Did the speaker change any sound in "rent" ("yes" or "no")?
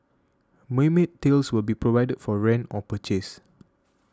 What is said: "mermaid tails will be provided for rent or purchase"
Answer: yes